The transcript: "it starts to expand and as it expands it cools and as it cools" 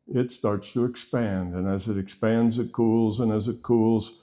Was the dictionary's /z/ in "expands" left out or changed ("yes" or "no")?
no